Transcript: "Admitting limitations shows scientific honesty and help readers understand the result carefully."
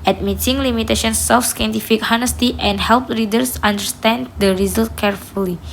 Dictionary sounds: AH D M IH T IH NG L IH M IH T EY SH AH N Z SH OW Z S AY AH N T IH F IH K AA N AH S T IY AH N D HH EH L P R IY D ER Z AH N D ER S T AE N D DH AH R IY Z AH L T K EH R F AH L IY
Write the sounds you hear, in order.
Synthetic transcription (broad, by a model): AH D M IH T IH NG L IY M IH T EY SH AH N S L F S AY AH N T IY F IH K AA N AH S T IY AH N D HH EH L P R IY D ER S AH N D ER S T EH N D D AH R IY Z AH L T K EH R F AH L IY